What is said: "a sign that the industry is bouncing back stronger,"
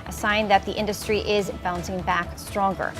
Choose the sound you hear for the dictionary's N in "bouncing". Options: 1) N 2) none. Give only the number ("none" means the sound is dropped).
1